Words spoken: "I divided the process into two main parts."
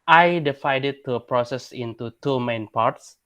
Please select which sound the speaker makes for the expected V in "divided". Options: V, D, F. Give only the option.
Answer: F